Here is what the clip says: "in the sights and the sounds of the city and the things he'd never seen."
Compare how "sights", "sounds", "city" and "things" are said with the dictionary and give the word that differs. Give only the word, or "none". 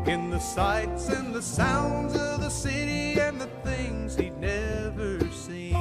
none